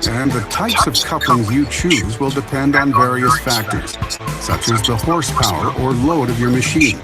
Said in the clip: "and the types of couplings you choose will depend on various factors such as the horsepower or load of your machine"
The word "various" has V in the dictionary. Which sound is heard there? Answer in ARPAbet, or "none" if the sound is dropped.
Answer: V